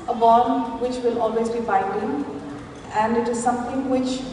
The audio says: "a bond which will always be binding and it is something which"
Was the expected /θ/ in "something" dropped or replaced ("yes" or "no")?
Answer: yes